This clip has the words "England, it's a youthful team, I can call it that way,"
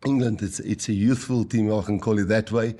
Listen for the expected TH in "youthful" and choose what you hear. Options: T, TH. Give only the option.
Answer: TH